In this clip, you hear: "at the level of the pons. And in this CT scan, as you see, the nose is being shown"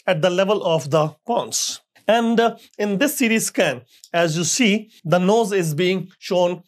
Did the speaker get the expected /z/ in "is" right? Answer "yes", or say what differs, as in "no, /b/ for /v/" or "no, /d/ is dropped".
yes